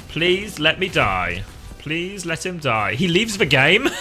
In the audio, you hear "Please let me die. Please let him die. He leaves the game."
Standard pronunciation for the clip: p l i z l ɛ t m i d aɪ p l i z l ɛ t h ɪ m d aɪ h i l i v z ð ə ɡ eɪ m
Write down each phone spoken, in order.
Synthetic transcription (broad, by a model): p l i z l ɛ t m i d aɪ p l i z l ɛ t h ɪ m d aɪ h i l i v z ð ə ɡ eɪ m